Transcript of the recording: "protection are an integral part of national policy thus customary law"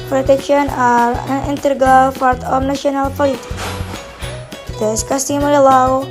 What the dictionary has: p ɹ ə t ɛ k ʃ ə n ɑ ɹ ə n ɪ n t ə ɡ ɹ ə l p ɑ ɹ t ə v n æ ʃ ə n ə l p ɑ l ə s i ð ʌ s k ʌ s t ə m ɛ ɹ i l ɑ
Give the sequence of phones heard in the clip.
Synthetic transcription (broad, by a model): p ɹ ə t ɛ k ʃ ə n ɑ ɹ ə n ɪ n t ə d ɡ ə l f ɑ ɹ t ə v n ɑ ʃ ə n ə l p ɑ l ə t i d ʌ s k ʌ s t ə m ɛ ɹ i l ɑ